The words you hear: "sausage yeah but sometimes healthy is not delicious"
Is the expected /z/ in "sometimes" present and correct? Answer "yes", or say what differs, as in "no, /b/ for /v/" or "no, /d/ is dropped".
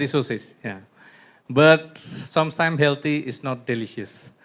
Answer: no, /z/ is dropped